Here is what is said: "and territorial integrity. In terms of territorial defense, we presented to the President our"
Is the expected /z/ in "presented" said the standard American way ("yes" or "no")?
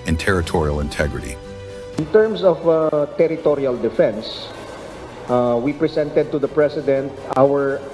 no